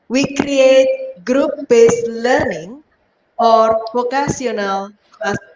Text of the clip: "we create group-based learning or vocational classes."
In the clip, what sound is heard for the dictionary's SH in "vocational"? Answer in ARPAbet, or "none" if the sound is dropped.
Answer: S